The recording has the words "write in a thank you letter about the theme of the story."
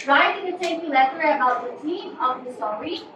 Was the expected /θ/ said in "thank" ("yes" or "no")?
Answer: no